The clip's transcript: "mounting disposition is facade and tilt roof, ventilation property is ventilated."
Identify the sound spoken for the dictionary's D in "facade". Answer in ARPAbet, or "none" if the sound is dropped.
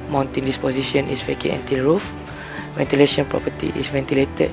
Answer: none